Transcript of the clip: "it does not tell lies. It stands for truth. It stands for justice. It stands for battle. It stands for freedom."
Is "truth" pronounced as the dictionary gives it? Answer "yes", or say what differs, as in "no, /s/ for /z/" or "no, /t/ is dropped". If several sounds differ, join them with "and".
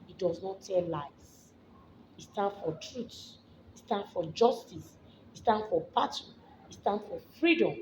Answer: no, /s/ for /θ/